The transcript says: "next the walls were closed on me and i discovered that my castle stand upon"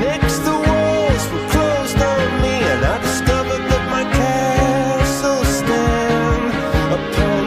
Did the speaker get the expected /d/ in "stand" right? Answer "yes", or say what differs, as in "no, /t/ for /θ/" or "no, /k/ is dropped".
no, /d/ is dropped